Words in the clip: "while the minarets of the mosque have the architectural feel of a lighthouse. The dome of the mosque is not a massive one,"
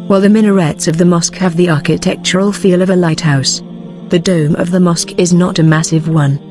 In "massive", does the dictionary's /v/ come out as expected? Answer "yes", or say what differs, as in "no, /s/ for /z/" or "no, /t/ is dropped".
yes